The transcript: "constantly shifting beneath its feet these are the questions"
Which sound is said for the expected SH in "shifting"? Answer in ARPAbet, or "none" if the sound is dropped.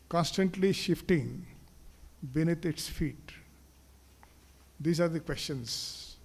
SH